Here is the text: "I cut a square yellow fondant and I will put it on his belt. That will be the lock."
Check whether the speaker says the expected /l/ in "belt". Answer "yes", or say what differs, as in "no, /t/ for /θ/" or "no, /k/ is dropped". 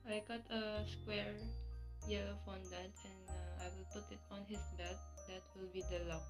no, /l/ is dropped